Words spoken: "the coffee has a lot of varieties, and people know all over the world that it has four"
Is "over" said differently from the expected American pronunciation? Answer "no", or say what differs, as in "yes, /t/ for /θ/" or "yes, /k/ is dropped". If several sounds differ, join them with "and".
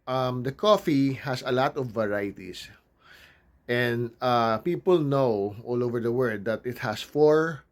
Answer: no